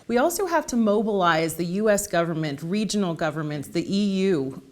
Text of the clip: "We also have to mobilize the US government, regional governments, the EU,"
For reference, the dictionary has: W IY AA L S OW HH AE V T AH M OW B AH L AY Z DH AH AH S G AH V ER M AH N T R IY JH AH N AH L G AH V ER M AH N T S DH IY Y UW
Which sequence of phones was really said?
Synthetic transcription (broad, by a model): W IY AA L S OW HH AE F T AH M OW B AH L AY Z DH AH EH S G AH V ER M AH N T R IY JH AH N L G AH V ER M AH N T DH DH IY Y UW